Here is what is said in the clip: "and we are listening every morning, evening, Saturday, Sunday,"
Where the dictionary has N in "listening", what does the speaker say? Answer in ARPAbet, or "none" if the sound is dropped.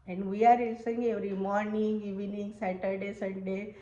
none